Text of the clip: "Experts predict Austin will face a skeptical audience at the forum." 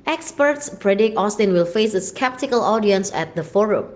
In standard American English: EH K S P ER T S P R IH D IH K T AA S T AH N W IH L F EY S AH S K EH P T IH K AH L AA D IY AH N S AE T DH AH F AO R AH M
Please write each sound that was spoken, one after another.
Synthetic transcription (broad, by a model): EH K S P ER T S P R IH D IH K AA S T AH N W IH L F EY S AH S K EH P T IH K AH L AA D IY AH N S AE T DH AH F AO R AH M